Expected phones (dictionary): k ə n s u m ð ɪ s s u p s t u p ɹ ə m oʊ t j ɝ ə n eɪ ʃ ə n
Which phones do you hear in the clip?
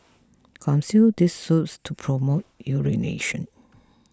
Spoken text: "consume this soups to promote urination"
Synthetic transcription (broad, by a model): k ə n s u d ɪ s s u s t u p ɹ ə m oʊ t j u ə n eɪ ʃ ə n